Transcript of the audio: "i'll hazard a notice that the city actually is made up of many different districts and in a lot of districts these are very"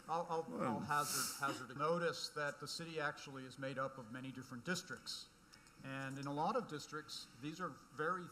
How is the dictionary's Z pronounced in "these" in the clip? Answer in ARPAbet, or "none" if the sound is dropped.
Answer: Z